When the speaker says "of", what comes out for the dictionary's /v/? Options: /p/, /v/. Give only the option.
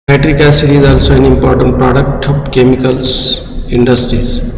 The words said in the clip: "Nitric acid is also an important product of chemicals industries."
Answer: /p/